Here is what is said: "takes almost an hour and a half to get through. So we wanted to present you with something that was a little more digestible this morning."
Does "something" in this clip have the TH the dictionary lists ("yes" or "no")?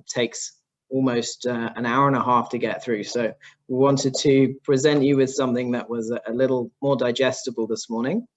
yes